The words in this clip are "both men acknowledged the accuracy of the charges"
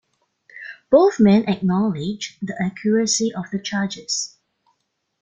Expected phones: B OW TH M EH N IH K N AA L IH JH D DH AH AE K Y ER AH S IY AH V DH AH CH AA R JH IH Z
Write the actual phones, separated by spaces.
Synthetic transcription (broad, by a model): B OW TH M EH N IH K N AA L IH JH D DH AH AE K Y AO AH S IY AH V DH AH CH AA JH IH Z